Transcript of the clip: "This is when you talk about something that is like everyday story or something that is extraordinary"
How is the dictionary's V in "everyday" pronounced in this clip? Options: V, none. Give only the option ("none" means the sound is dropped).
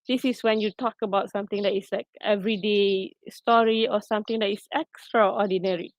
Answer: V